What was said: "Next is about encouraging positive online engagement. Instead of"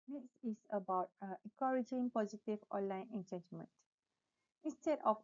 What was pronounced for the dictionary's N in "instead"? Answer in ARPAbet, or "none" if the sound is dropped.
N